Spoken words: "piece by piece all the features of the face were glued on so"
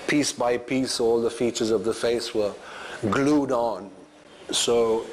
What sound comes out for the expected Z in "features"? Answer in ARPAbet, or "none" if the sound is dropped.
Z